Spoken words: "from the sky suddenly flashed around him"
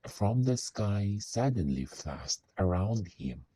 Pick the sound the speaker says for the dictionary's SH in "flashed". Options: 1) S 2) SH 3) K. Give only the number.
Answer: 1